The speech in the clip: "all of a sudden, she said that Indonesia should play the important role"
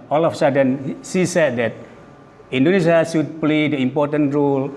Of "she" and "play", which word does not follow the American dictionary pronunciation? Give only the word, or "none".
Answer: she